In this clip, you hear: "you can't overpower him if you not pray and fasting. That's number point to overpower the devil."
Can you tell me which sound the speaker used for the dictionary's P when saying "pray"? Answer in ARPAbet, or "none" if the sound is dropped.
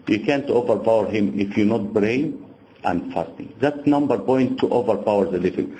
B